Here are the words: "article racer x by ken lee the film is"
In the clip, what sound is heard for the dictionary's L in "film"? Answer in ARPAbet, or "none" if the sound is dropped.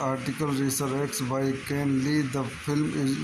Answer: L